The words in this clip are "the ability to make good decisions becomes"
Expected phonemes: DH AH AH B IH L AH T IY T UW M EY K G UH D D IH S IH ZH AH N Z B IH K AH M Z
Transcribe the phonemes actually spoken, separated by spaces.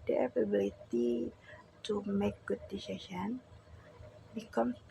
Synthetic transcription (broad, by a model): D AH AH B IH L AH T IY T UW M EY K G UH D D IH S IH SH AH N B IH K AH M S